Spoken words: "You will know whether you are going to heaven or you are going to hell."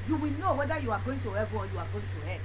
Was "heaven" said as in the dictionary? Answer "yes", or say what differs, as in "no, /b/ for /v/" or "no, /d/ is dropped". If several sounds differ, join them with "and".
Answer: no, /n/ is dropped